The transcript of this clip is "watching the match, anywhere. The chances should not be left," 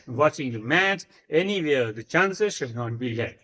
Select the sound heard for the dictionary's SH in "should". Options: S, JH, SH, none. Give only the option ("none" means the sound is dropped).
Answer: SH